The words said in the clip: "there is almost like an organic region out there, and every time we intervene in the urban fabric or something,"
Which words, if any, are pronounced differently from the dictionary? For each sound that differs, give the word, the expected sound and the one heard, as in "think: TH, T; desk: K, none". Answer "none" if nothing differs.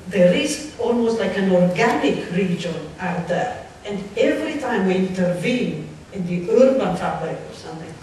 fabric: R, L